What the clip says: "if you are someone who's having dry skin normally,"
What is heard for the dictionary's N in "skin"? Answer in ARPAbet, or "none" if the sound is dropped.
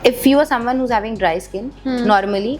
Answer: N